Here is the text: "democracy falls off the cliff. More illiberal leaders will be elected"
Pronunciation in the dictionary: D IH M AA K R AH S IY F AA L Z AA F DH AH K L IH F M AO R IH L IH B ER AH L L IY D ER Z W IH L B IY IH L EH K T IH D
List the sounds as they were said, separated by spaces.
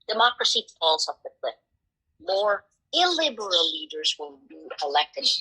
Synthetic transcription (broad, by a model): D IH M AA K R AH S IY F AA L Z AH P DH AH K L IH P M AO R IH L IH B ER AH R L IY D ER Z W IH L B IY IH L EH K T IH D